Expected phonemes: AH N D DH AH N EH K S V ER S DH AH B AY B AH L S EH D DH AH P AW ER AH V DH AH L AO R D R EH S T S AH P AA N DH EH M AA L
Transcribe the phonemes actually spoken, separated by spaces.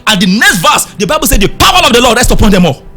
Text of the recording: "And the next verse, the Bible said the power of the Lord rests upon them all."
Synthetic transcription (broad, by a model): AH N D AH N EH K S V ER S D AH B AY B AH L S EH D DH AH P AW ER AH V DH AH L AO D L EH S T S AH P AA N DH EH M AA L